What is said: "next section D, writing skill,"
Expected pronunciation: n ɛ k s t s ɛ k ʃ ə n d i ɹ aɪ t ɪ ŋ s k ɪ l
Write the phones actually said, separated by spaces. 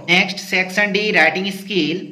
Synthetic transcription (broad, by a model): n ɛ k s t s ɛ k s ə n d i ɹ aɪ t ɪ ŋ s k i l